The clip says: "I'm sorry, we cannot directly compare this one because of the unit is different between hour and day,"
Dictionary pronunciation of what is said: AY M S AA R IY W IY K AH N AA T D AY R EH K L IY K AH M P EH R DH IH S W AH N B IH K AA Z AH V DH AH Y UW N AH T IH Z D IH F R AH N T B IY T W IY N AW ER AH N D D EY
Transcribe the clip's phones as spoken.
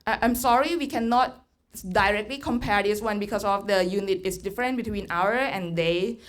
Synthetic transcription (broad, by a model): AY M S AA R IY W IY K AH N AA T D AY R EH K L IY K AH M P EH R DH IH S W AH N B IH K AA S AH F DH AH Y UW N AH T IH S D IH F R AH N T B IY T W IY N AW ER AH N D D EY